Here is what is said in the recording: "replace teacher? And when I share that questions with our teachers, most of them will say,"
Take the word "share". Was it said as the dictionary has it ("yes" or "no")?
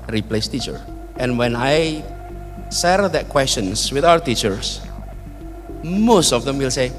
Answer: no